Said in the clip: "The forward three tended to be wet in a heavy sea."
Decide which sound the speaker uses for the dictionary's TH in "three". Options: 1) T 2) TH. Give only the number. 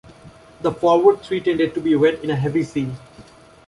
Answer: 1